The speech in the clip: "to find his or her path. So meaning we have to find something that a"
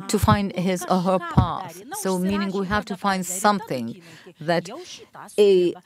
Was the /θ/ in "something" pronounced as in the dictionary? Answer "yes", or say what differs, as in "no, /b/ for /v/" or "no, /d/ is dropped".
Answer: yes